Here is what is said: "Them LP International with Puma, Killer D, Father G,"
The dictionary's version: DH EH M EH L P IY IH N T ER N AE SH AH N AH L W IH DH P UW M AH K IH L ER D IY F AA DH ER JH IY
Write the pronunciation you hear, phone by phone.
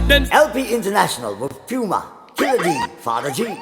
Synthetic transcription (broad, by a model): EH EH L P IY IH N T ER N AE SH AH N AH L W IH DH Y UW M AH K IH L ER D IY F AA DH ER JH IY